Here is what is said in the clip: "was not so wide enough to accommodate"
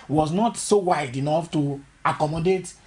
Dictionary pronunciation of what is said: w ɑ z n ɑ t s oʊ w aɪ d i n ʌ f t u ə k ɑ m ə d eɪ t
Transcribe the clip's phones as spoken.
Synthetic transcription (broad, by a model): w ɑ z n ɑ t s oʊ w aɪ d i n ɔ f t u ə k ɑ m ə d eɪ t